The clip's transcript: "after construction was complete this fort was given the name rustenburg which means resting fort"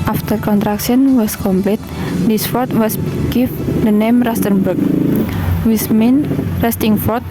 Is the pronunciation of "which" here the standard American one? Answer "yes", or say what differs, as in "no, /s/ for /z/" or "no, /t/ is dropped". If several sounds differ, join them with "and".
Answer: no, /s/ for /tʃ/